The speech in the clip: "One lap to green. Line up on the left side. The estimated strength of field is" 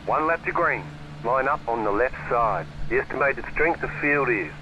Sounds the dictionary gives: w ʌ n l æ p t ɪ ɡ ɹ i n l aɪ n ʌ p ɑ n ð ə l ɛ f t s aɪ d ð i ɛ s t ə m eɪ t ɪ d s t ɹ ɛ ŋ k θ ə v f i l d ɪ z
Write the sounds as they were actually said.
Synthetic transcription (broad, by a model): w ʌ n l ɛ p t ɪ ɡ ɹ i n l aɪ n ʌ p n ð ə l ɛ f t s aɪ d ð i ɛ s t ə m eɪ t ɪ d s t ɹ ɛ ŋ k θ ə v f i l d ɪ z